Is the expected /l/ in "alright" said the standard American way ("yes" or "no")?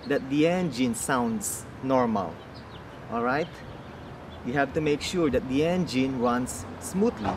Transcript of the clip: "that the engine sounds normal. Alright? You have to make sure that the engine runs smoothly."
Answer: yes